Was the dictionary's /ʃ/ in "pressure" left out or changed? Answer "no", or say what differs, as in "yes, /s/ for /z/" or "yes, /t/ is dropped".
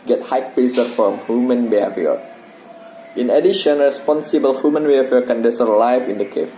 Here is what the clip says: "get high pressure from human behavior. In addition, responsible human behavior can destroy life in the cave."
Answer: yes, /s/ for /ʃ/